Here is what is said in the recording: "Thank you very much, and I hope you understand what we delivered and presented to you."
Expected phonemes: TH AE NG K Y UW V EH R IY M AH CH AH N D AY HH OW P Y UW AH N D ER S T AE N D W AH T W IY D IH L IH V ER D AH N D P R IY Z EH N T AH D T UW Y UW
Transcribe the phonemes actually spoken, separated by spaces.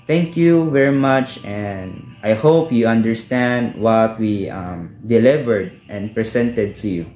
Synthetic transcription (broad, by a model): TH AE NG K Y UW V EH R IY M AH CH AH N D AY HH OW P Y UW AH N D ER S T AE N D W AH T W IY D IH L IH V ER D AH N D P R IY S EH N T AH D T UW Y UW